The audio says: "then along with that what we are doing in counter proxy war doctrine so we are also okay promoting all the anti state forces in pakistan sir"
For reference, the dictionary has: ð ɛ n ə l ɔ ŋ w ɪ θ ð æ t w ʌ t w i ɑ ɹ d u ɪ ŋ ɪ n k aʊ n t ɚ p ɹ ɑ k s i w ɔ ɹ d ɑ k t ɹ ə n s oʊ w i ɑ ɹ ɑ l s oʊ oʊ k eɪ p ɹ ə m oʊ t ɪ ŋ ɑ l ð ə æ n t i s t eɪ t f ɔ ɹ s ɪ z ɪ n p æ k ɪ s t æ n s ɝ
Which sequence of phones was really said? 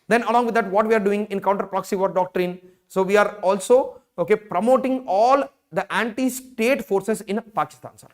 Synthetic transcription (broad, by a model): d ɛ n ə l ɔ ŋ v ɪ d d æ t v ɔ t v i ɑ ɹ d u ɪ ŋ ɪ n k aʊ n t ɚ p ɹ ɑ k s i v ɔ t d ɑ k t ɹ ə n s oʊ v i ɑ ɹ ɑ l s oʊ oʊ k eɪ p ɹ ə m oʊ t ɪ ŋ ɑ l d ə æ n t i s t eɪ t f ɔ ɹ s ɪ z ɪ n p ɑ k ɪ s t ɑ n s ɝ